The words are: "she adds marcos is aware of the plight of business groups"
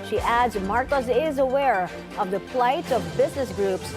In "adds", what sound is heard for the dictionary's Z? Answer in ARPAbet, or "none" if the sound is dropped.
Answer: Z